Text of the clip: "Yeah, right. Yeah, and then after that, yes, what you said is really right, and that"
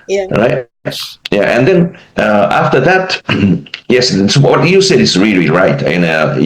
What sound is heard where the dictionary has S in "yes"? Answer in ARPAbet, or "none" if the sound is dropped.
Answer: S